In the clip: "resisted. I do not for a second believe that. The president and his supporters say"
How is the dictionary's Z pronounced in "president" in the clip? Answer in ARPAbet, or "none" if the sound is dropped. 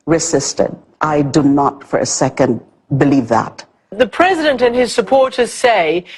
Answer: Z